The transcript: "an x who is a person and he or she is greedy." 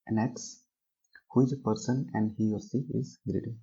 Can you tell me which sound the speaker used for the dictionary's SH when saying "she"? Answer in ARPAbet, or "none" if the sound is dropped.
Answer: S